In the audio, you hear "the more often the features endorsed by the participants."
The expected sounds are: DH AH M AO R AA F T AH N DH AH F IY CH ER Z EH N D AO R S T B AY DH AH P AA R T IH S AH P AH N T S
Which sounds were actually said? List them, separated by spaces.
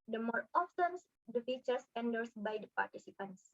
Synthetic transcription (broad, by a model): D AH M AO R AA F S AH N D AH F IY CH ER S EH N D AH R S B AY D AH P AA R T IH S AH P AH N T S